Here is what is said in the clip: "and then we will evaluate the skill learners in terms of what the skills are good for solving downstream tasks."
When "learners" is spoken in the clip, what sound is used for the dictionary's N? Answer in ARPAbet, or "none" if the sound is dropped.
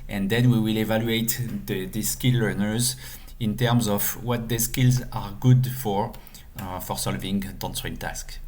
N